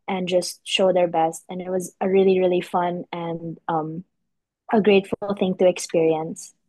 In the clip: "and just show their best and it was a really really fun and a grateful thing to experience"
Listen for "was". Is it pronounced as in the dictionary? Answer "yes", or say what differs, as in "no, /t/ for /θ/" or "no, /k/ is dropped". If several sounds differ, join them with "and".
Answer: yes